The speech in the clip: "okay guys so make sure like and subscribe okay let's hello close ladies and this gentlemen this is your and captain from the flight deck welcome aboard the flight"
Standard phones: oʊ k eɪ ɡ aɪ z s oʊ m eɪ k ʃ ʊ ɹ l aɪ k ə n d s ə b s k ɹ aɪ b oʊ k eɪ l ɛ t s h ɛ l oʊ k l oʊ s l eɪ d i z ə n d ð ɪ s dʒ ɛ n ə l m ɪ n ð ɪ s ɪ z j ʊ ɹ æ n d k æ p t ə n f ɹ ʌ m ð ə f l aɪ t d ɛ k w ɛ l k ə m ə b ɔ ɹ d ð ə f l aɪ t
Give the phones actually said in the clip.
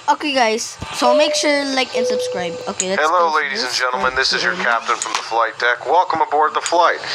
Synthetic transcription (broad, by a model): oʊ k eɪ ɡ aɪ z s oʊ m eɪ k ʃ ʊ ɹ l aɪ k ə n s ə b s k ɹ aɪ b oʊ k eɪ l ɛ h ɛ l oʊ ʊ l eɪ d i z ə n dʒ ɛ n l m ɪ n ð ɪ s ɪ z j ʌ ɹ k æ p t ə n f ɹ ʌ m ð ə f l aɪ t d ɛ k w ɛ l k ə m ə b ɔ ɹ d ð ə f l aɪ t